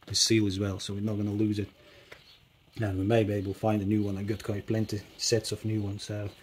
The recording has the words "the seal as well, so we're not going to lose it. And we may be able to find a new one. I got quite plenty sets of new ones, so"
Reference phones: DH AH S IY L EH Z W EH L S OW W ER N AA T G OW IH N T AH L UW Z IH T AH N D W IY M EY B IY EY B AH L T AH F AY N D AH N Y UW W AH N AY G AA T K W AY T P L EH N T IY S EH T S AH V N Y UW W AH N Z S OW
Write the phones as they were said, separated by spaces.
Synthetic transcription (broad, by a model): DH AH S IY L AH Z W EH L S OW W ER N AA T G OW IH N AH L UW Z IH T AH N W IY M EY B IY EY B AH L F AY N D AH N Y UW W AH N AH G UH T K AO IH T P L EH N T IY S EH T S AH F N Y UW W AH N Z S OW